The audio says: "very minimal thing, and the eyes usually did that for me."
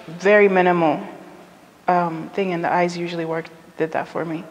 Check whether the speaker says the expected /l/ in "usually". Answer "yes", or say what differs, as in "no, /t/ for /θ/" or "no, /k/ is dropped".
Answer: no, /w/ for /l/